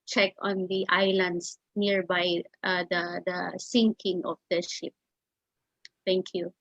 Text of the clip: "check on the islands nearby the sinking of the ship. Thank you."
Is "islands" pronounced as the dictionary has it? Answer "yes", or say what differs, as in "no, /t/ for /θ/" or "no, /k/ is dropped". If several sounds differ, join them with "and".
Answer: no, /s/ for /z/